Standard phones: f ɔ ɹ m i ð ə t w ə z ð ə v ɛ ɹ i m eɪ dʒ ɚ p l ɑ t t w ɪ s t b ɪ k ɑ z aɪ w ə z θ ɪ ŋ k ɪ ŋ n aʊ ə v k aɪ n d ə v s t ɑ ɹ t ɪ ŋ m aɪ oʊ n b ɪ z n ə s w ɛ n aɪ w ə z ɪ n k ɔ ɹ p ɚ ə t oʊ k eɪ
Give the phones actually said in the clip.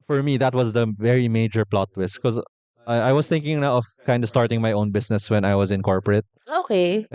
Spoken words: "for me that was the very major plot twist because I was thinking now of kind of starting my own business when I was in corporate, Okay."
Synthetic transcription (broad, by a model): f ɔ ɹ m i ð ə t w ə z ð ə v ɛ ɹ i m eɪ dʒ ɚ p l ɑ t t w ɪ s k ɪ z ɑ aɪ w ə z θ ɪ ŋ k ɪ ŋ n aʊ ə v k aɪ n d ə s t ɑ ɹ t ɪ ŋ m aɪ oʊ n b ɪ s n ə s w ɛ n aɪ w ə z ɪ n k ɔ ɹ p ɚ ə t oʊ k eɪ